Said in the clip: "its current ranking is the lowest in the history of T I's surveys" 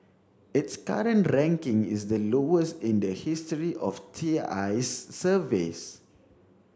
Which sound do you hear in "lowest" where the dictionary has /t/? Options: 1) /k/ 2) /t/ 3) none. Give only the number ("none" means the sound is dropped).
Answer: 2